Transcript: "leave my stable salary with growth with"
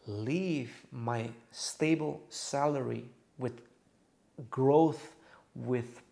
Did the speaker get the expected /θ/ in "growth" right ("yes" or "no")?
yes